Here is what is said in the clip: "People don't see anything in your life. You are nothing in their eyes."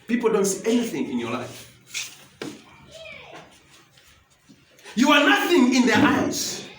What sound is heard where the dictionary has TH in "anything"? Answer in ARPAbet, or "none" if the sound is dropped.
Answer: TH